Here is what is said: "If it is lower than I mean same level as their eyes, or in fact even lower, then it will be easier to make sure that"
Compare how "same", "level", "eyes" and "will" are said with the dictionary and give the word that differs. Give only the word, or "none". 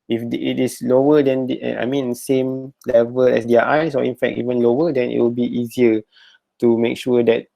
eyes